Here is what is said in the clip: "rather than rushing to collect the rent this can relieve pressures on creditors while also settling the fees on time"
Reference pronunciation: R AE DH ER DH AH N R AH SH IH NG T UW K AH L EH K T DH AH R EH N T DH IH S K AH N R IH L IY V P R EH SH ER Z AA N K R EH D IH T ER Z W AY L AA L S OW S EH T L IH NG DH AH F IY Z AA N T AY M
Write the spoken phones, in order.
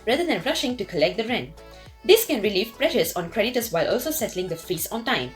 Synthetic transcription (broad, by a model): R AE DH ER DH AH N R AH SH IH NG T UW K AH L EH K T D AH R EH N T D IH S K AH N R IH L IY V P R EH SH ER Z AA N K R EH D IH T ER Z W AY L AA L S OW S EH T L IH NG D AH F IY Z AA N T AY M